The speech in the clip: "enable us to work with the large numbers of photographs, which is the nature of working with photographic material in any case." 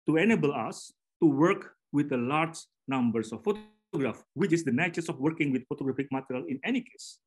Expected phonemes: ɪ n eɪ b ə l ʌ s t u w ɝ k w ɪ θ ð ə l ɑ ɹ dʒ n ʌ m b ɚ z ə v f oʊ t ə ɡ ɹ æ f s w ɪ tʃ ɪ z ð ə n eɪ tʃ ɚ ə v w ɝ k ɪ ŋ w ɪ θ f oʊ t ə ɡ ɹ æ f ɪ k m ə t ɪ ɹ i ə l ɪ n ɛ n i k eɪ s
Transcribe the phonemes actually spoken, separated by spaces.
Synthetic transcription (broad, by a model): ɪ n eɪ b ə l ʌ s t u w ɝ k w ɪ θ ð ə l ɑ ɹ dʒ n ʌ m b ɚ s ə f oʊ t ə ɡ ɹ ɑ f w ɪ tʃ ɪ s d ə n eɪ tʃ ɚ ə f w ɝ k ɪ ŋ w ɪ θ f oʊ t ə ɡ ɹ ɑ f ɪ k m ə t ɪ ɹ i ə l ɪ n ɛ n i k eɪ s